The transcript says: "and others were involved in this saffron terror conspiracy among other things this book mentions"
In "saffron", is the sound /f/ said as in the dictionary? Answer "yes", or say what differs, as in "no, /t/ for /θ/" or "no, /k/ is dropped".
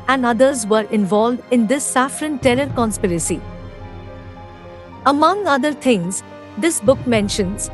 yes